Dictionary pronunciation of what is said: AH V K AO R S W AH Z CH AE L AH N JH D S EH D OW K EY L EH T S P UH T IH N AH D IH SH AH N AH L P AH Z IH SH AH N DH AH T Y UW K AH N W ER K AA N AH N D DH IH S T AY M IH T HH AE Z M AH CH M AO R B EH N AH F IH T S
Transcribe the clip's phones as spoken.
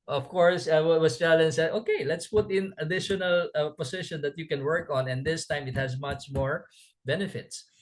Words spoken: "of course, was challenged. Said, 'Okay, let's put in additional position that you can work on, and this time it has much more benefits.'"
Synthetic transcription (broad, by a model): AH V K AO R S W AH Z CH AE L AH N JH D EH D OW K EY L EH T S P UH T IH N AH D IH SH AH N AH L P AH S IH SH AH N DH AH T Y UW K AH N W ER K AA N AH N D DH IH S T AY M IH T HH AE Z M AH CH M AO R B EH N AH F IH T S